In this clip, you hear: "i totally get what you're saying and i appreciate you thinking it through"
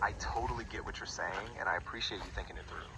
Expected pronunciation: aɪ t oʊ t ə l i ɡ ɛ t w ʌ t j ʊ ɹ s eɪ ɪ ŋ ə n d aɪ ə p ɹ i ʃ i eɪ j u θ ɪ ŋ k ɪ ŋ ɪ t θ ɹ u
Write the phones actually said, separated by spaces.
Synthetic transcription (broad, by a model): aɪ t oʊ t l i ɡ ɛ t w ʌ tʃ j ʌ ɹ s eɪ ɪ ŋ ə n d aɪ ə p ɹ i ʃ i eɪ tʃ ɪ θ ɪ ŋ k ɪ ŋ ɪ t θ ɹ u